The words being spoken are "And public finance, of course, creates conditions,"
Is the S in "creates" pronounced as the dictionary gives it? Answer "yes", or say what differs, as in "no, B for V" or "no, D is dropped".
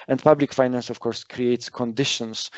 yes